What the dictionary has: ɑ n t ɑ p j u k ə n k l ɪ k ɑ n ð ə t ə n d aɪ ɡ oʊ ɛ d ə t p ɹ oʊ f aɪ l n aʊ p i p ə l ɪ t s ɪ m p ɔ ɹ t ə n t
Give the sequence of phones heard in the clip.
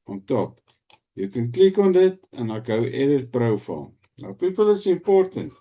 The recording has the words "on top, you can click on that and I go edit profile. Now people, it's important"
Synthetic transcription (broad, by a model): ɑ n t ɑ p j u k ə n k l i k ɑ n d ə t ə n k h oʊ ɛ d ə t b ɹ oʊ f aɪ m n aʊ p i p ə l ɪ t s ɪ m p ɔ ɹ t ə n t